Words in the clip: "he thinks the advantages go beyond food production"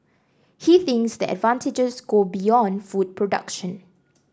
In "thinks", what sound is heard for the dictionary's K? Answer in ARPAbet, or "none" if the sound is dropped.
K